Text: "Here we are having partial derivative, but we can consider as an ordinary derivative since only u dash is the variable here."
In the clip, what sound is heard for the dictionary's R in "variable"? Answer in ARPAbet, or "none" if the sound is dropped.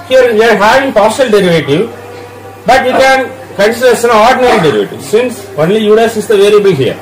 L